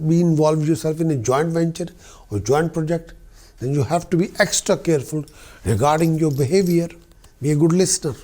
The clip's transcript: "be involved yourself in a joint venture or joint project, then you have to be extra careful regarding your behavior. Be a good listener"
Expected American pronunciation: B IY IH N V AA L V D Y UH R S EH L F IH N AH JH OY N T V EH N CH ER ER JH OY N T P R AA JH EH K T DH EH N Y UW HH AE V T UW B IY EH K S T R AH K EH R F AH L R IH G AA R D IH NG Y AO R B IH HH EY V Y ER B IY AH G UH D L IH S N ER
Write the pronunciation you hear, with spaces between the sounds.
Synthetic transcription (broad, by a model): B IY IH N V AA L V D Y UH R S EH L F IH N AH JH OY N T V EH N CH ER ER JH OY N T P R AA JH EH K T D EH N Y UW HH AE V T UW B IY EH K S T R AH K EH R F AH L R IH G AA R D IH NG Y AO R B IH HH EY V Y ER B IY AH G UH D L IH S N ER